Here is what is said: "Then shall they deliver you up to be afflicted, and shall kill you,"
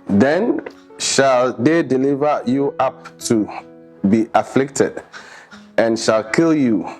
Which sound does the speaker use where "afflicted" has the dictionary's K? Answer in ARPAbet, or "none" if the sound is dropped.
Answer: K